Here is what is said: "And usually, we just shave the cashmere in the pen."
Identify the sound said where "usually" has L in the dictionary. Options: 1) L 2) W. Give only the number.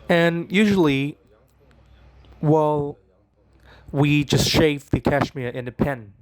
2